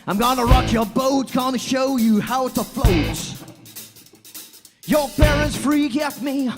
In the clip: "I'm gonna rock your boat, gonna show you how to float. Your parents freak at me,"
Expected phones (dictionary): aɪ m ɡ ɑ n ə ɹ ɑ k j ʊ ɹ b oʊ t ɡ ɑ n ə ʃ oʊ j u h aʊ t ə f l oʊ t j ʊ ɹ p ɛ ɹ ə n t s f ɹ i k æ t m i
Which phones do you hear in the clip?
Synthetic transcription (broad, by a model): aɪ m ɡ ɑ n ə ɹ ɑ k j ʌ ɹ b oʊ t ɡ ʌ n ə ʃ oʊ j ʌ h aʊ t ə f l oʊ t j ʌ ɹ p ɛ ɹ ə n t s f ɹ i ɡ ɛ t m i